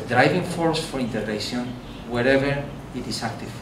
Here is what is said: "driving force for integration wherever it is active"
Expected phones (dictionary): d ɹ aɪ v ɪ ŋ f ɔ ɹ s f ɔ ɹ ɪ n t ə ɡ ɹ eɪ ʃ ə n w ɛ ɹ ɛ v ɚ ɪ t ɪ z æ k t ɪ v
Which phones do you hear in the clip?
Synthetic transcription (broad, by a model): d ɹ aɪ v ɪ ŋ f ɔ ɹ s f ɔ ɹ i n t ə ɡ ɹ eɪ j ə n w ɛ ɹ ɛ v ɚ ɪ t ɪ s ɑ k t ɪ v